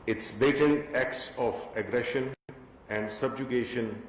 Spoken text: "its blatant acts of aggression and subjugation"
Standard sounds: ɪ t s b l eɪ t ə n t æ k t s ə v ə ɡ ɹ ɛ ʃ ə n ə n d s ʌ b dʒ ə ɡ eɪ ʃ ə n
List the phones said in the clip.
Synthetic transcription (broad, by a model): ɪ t s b eɪ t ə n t æ k t s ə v ə ɡ ɹ ɛ ʃ ə n ə n d s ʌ b dʒ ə ɡ eɪ ʃ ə n